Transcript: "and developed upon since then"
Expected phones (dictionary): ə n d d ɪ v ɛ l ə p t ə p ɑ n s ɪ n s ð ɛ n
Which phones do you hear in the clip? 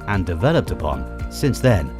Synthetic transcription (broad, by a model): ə n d d ɪ v ɛ l ə p t ə p ɑ n s ɪ n s ð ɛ n